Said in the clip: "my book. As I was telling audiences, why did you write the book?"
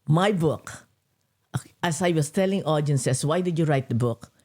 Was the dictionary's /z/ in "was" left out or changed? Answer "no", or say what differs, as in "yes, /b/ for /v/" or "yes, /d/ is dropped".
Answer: yes, /s/ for /z/